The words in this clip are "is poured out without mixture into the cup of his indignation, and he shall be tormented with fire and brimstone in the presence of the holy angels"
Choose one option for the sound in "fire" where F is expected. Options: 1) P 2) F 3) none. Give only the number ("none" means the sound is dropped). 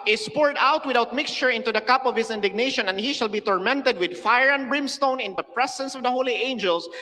2